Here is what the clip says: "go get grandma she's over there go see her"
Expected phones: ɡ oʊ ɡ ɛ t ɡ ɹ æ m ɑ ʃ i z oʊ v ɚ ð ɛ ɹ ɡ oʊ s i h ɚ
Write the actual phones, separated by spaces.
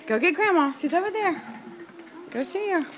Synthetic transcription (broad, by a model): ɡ oʊ ɡ ɛ t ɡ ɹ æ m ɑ s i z oʊ v ɚ ð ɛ ɹ ɡ oʊ s i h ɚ